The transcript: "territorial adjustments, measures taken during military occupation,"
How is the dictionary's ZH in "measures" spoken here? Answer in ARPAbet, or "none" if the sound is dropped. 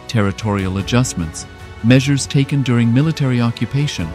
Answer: ZH